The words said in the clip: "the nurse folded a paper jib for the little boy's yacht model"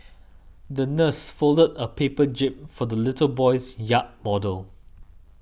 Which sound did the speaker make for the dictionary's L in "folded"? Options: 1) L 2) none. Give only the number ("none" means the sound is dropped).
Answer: 1